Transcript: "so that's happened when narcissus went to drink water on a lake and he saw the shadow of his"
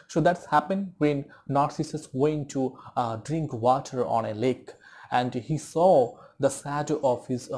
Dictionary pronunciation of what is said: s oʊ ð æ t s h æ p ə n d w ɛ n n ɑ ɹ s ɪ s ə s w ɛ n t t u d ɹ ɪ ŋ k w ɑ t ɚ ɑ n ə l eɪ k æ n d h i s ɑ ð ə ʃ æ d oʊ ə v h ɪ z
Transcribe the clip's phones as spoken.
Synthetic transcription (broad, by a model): s oʊ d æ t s h æ p ə n d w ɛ n n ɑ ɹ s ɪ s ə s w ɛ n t t u d ɹ ɪ ŋ k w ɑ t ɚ ɑ n ə l eɪ k æ n d h i s ɑ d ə s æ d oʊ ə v h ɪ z